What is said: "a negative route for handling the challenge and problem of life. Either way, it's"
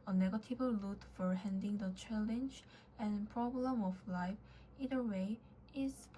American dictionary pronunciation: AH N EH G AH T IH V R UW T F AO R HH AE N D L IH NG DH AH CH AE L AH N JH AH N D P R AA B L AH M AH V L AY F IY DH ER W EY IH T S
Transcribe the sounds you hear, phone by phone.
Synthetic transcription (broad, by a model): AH N EH G AH T IH V L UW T F AO R HH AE N D IH NG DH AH CH AE L AH N JH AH N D P R AA B L AH M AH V L AY F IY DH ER W EY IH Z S